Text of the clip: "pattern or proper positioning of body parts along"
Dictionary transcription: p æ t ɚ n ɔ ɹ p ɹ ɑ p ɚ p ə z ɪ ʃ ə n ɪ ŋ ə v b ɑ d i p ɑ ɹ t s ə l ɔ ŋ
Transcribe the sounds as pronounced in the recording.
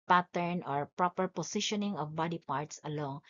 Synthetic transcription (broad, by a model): p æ t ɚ n ɔ ɹ p ɹ ɑ p ɚ p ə s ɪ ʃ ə n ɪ ŋ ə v b ɑ d i p ɑ ɹ t s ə l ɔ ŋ